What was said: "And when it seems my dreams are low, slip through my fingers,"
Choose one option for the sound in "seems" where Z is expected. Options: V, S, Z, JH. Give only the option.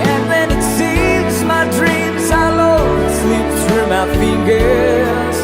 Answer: Z